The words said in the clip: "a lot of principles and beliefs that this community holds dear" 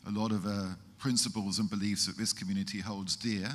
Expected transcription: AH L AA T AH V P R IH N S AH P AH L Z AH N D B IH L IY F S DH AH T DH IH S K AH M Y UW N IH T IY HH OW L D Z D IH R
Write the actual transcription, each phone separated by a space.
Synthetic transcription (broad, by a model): AH L AA T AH V P R IH N S AH P AH L Z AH N B IH L IY F S DH AH T DH IH S K AH M Y UW N IH T IY HH OW L D Z D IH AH